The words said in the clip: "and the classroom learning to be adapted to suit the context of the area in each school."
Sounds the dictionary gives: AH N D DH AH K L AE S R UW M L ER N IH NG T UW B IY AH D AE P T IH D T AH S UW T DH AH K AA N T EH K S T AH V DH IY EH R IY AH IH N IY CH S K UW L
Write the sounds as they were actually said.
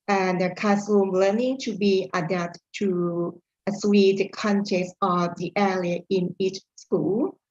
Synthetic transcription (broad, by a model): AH N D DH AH K AE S UW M L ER N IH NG T UW B IY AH D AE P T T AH S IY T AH K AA N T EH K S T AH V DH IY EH L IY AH IH N IY CH S K UW L